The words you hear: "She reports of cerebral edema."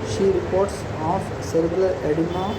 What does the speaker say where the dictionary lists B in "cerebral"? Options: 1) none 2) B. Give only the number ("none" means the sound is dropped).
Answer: 1